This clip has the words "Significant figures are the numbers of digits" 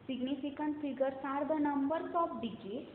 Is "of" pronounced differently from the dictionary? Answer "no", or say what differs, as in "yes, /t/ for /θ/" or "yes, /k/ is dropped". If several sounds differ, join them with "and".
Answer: yes, /p/ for /v/